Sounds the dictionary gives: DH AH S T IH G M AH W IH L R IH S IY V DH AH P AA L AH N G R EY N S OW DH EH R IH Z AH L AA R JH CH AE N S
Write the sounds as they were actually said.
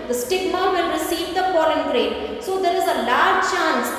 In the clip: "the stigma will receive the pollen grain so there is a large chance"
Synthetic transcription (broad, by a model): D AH S T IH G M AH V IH L R IH S IY V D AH F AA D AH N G R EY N S OW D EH R IH Z AH L AA R JH CH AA N S